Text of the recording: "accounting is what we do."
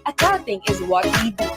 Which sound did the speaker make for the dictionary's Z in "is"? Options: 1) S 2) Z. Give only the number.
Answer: 2